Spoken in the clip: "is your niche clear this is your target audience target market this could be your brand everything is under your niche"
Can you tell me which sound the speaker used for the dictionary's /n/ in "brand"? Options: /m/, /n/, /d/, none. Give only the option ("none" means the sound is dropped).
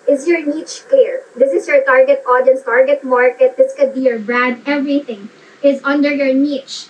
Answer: none